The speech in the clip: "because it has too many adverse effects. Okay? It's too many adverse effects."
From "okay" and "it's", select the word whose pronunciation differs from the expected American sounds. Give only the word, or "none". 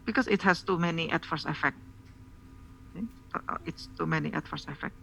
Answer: okay